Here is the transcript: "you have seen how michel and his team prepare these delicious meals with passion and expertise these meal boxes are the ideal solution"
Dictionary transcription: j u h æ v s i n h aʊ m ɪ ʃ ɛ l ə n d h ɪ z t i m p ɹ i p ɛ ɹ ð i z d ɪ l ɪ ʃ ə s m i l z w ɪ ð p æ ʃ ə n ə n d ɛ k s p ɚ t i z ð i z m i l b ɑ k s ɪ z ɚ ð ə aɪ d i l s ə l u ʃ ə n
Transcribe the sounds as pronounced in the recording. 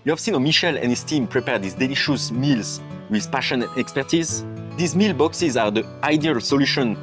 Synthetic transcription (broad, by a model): j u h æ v s i n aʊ m ɪ ʃ ɛ l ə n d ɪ s t i m p ɹ i p ɛ ɹ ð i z d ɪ l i ʃ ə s m i l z w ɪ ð p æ ʃ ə n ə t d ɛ k s p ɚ t i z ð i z m i l b ɑ k s ɪ z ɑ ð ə aɪ d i l s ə l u ʃ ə n